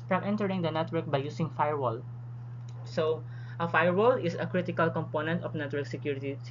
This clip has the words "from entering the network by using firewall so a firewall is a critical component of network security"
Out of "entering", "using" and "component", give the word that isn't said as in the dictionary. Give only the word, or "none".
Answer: using